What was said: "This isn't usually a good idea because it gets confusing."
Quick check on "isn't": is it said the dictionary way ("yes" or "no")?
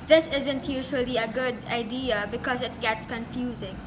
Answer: yes